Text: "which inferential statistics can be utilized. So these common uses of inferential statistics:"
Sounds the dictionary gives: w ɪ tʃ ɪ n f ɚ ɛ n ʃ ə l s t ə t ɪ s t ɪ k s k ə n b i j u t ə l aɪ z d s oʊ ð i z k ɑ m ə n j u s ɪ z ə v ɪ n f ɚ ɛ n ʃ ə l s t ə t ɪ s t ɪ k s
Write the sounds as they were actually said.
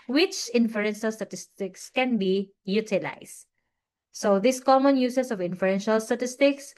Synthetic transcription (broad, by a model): w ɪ tʃ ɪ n f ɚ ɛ n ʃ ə l s t ə t ɪ s t ɪ k s k ə n b i j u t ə l aɪ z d s oʊ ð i s k ɑ m ə n j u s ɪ s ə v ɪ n f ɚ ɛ n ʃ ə l s t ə t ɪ s t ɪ k s